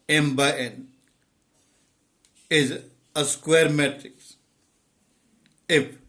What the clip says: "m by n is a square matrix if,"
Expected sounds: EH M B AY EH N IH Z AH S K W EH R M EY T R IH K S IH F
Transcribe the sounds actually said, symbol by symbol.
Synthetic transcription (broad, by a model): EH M B AY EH N IH Z AH S K W EH R M EY T R IH K S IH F